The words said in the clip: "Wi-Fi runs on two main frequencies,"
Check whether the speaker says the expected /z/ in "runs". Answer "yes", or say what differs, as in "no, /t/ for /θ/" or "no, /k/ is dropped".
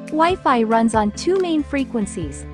yes